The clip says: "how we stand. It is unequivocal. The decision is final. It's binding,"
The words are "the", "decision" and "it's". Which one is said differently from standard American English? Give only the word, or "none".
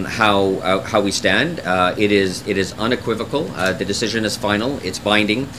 none